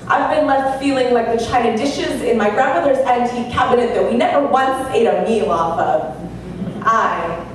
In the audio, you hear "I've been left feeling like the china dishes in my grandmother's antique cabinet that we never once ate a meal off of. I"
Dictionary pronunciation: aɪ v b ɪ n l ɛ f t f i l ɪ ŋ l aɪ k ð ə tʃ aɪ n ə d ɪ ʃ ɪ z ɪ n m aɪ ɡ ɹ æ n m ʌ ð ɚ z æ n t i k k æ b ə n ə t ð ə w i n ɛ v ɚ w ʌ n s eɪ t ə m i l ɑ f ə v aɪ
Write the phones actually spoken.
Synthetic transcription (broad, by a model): aɪ v b ɪ n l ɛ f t f i l ɪ ŋ l aɪ k ð ə tʃ aɪ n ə d ɪ ʃ ɪ z ɪ n m aɪ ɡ ɹ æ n m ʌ ð ɚ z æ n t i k k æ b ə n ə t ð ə w i n ɛ v ɚ w ʌ n s eɪ t ə m i l ɑ f ə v aɪ